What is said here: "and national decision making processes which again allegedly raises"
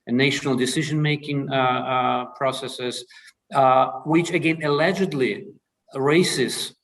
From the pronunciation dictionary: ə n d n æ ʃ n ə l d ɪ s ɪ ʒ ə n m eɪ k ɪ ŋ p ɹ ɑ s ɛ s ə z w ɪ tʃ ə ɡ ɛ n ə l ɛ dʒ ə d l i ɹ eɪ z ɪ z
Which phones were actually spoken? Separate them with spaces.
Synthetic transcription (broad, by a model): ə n n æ ʃ n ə l d ɪ s ɪ ʒ ə n m eɪ k ɪ ŋ p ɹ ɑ s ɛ s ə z w ɪ tʃ ə ɡ ɛ n ə l ɛ dʒ ə d l i ɹ eɪ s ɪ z